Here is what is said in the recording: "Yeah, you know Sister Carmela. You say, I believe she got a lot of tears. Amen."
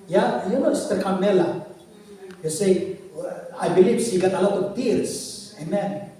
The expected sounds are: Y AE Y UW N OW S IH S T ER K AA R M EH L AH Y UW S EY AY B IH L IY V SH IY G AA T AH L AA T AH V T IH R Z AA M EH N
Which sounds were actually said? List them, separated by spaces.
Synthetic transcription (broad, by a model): Y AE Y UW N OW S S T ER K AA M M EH L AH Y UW S EY AY B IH L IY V S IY G AA T AH L AA T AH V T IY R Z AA M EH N